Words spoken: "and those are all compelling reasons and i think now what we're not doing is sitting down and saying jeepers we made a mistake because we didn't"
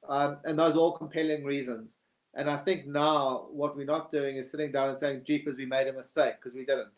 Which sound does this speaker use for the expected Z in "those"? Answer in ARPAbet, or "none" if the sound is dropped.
Z